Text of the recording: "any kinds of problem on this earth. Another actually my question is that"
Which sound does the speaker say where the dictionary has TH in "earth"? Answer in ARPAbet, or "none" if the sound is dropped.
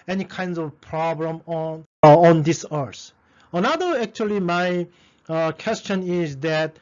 S